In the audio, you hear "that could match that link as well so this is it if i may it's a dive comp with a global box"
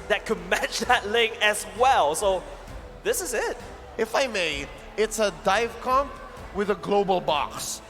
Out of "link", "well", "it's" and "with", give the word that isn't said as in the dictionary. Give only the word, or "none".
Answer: link